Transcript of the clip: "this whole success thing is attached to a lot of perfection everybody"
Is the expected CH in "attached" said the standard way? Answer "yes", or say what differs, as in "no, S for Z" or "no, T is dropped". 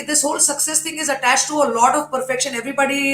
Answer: yes